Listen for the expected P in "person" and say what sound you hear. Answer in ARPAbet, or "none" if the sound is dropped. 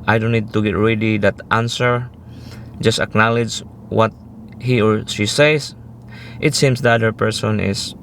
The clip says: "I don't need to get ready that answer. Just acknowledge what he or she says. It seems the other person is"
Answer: P